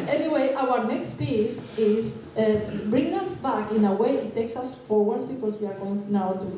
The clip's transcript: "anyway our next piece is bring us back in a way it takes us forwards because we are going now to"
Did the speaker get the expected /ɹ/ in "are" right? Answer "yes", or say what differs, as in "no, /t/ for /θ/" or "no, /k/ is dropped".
yes